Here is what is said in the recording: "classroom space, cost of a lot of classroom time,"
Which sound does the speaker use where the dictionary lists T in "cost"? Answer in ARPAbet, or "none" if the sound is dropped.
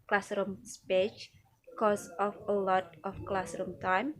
none